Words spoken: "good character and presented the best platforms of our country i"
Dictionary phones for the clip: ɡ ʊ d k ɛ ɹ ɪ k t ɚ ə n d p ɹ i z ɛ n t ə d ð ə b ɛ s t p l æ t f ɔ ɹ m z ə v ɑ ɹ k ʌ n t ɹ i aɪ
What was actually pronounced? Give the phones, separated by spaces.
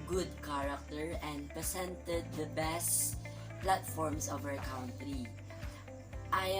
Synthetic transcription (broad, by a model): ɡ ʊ d k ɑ ɹ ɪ k t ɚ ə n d p ɹ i s ɛ n t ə d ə b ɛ s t p l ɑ t f ɔ ɹ m s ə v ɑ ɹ k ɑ n t ɹ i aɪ